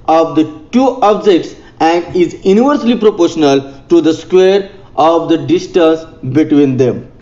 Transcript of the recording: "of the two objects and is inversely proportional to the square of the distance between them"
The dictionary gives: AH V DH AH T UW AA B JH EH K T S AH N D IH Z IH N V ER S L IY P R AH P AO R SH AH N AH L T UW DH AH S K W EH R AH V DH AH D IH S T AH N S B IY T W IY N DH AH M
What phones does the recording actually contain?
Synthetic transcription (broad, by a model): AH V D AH T UW AA B JH EH K T S AH N D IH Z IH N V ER S L IY P R AH P AO R SH AH N AH L T UW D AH S K W EH R AH V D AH D IH S T AH N S B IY T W IY N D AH M